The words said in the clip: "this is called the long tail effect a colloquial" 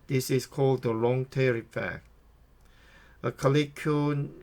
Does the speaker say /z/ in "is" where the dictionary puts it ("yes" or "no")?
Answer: no